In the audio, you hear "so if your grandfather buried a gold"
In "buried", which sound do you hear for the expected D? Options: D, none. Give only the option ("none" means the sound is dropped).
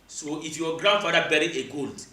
none